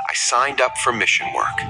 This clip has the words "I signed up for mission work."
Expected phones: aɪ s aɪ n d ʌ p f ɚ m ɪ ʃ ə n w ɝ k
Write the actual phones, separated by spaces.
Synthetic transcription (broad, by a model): aɪ s aɪ n d ʌ p f ɚ m ɪ ʃ ə n w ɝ k